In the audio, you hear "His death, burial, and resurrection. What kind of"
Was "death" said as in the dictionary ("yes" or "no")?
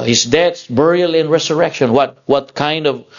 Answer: no